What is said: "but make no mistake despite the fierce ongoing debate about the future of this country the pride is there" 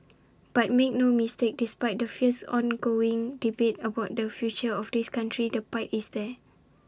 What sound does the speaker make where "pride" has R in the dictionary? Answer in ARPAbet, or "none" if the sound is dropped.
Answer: none